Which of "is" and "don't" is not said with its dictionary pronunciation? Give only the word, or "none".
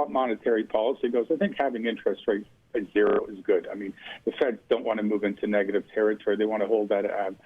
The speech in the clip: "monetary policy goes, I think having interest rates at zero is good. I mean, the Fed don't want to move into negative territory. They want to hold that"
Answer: none